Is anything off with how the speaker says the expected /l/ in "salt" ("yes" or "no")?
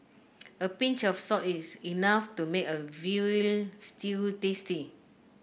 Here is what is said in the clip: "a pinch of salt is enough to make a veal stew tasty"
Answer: yes